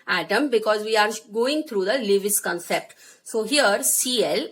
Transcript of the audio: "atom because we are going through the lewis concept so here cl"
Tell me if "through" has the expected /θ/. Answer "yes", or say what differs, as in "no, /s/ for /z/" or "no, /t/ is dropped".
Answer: no, /t/ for /θ/